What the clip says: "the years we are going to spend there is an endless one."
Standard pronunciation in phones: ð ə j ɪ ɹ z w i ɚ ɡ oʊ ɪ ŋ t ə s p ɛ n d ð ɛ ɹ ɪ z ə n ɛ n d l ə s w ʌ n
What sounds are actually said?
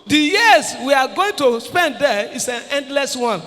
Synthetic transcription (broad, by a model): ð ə j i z w i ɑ ɡ oʊ ɪ ŋ t ə s p ɛ n d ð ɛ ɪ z ə n ɛ n d l ə s w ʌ n